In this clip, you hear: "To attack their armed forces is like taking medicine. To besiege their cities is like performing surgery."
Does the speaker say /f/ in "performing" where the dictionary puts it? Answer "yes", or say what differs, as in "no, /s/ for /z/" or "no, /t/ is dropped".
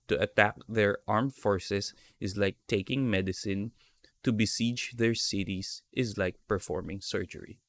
yes